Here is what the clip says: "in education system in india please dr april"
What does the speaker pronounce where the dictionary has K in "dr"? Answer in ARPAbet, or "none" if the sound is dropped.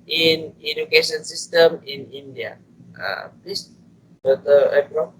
none